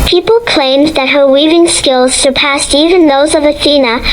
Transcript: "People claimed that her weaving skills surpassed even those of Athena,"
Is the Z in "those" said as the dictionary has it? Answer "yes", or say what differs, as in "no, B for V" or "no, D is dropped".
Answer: yes